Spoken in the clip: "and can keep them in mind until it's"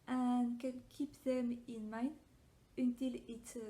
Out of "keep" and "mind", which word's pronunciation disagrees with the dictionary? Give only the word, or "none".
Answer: mind